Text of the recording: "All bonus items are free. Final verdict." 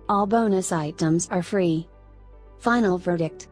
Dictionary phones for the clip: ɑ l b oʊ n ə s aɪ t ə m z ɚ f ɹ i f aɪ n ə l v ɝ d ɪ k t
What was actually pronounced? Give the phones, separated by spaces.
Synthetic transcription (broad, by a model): ɑ l b oʊ n ə s aɪ t ə m z ɚ f ɹ i f aɪ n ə l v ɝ d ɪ k t